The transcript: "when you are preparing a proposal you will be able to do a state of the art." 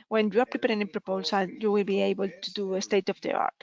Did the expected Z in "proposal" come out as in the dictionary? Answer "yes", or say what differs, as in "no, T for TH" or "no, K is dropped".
no, S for Z